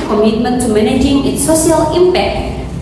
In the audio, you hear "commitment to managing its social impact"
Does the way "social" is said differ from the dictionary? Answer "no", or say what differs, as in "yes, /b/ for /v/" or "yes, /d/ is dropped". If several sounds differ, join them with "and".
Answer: yes, /ʃ/ is dropped